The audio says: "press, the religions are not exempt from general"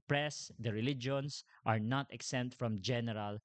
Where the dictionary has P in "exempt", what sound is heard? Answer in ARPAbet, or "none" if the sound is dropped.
none